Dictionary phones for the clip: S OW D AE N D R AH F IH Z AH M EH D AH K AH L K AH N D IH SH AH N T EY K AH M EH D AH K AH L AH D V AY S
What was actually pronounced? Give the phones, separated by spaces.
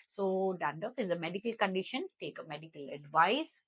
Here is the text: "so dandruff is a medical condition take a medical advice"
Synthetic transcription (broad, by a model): S OW D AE N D AH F IH Z AH M EH D AH K AH L K AH N D IH SH AH N T EY K AH M EH D AH K AH L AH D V AY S